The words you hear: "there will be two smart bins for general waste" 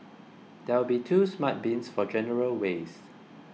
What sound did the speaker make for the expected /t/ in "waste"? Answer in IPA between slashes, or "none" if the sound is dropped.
none